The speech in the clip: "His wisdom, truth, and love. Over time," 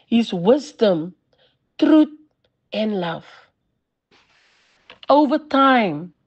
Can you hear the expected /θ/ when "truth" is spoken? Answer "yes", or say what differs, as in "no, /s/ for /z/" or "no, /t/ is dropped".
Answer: no, /t/ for /θ/